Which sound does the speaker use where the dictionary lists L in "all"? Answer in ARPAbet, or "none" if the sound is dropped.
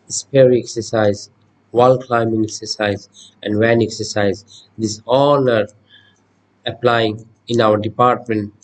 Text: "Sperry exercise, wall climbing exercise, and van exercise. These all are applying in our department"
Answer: N